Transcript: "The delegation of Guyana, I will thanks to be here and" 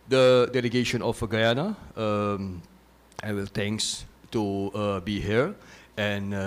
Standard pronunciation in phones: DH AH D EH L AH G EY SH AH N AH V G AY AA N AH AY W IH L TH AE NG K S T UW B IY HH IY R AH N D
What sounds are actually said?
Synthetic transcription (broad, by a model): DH AH D EH L AH G EY SH AH N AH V G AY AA N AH AY W IH L T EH NG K S T UW B IY HH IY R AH N